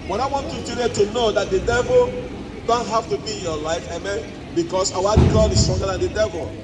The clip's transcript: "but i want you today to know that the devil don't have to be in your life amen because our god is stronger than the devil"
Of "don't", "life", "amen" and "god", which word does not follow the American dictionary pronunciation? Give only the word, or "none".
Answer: none